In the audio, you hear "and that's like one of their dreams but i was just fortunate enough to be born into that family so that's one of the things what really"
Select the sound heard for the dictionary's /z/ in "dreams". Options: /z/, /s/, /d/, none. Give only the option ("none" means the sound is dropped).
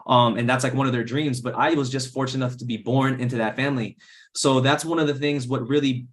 /z/